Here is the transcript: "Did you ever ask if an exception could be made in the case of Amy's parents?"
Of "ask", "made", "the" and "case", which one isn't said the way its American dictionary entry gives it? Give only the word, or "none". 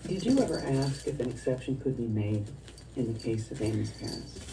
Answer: none